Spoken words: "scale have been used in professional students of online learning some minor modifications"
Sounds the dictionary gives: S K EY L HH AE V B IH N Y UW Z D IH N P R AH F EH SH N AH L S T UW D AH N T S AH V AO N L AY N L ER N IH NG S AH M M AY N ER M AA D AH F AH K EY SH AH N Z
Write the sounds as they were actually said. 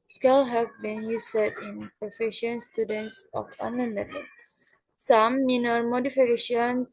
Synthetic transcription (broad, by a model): S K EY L HH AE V B IH N Y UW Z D IH N P R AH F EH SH AH N S T UW D AH N T S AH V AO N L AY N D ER L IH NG S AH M M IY N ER M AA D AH F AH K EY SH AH N